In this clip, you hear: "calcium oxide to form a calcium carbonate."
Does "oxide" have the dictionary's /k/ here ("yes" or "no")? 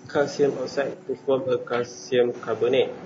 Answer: no